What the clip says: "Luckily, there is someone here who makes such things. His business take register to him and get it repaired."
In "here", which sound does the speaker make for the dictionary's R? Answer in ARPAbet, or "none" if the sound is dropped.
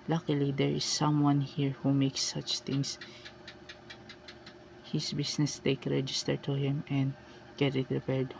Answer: R